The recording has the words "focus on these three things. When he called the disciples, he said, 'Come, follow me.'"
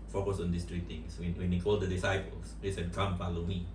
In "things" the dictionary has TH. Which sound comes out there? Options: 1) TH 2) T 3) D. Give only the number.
2